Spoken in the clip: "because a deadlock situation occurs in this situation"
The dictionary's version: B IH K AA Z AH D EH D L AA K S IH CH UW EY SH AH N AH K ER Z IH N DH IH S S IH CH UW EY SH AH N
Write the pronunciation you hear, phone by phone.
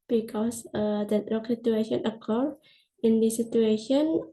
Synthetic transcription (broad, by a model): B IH K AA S AH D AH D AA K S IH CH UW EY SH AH N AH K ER IH N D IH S S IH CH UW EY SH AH N